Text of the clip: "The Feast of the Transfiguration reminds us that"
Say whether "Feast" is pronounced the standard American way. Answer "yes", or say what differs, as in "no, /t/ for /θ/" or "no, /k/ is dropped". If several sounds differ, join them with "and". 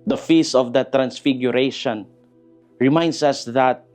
no, /t/ is dropped